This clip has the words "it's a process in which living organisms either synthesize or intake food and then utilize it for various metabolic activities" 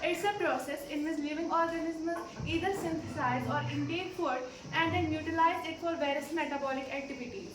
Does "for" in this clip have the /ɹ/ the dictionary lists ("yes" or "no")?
no